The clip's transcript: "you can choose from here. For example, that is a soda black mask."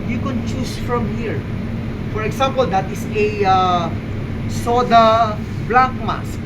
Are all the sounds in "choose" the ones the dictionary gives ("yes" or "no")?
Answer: no